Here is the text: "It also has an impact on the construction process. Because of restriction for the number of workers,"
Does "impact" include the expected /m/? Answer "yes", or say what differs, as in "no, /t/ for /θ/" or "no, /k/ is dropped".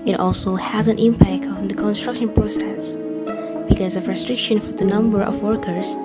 yes